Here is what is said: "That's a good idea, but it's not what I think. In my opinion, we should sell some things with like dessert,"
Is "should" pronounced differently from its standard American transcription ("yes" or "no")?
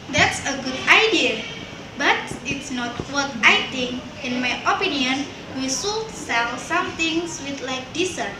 yes